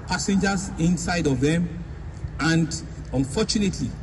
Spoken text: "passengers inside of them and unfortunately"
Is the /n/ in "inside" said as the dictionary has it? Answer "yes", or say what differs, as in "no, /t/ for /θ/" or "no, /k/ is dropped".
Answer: yes